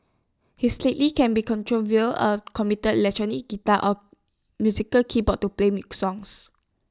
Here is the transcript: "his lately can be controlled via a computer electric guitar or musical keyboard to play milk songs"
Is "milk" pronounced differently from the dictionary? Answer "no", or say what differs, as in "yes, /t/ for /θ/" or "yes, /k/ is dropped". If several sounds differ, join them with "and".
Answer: yes, /l/ is dropped